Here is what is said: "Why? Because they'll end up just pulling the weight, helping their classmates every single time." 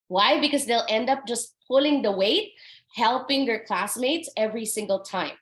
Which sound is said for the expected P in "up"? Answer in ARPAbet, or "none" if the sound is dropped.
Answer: P